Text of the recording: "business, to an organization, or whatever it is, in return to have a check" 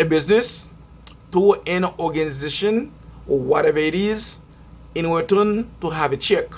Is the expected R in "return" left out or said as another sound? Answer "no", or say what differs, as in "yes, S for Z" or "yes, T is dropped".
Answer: yes, W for R